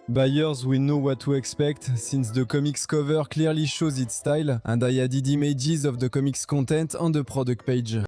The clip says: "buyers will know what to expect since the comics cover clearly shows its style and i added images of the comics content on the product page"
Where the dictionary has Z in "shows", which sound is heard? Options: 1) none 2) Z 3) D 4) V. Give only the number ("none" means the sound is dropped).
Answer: 2